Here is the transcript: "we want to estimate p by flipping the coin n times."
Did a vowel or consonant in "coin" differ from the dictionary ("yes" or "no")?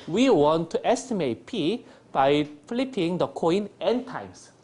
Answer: no